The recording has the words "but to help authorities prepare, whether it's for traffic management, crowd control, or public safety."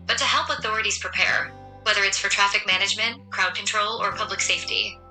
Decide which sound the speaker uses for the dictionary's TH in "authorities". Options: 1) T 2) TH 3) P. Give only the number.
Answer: 2